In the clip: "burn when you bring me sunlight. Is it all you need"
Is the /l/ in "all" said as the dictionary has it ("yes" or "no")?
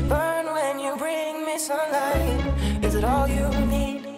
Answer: yes